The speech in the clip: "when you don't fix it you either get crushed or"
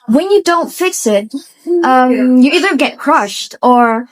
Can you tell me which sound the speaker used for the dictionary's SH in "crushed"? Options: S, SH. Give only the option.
SH